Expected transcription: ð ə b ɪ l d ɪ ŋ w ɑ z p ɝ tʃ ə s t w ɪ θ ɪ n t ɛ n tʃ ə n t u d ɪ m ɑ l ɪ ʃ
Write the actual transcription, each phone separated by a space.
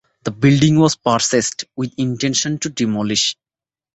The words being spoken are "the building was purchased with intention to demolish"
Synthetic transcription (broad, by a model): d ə b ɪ l d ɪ ŋ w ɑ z p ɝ s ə s t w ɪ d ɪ n t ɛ n ʃ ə n t u d ɪ m ɑ l ɪ ʃ